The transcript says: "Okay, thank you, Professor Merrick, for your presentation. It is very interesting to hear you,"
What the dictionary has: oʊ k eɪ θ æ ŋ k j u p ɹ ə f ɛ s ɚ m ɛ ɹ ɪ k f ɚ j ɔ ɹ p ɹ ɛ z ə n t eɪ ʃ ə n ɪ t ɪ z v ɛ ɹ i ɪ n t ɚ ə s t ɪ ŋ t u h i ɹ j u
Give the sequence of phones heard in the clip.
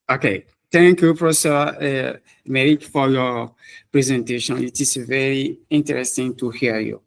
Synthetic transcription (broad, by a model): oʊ k eɪ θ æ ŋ k j u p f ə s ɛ ɚ m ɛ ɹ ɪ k f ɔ j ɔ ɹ p ɹ ɛ z ə n t eɪ ʃ ə n ɪ t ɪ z v ɛ ɹ i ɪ n t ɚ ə s t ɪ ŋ t u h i j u